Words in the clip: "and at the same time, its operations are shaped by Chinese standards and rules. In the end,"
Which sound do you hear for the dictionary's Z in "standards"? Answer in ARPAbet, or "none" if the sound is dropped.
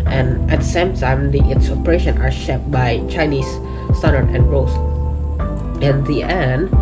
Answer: none